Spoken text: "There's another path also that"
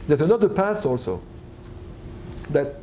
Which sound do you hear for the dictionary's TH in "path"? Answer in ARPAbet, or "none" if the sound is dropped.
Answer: S